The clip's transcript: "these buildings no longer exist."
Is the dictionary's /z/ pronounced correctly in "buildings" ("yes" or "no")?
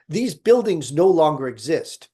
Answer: yes